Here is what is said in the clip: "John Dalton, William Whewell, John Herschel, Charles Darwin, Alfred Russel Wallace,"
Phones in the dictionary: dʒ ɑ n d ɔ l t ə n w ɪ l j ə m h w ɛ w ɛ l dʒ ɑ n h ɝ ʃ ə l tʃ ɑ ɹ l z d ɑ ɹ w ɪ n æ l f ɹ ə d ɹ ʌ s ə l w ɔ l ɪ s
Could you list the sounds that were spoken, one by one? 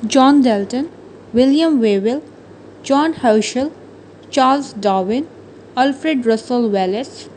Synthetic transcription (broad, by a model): dʒ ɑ n d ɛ l t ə n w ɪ l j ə m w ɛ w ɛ l dʒ ɑ n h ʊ ʃ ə l tʃ ɑ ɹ l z d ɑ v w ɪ n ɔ l f ɹ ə d ɹ ʌ s ə l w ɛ l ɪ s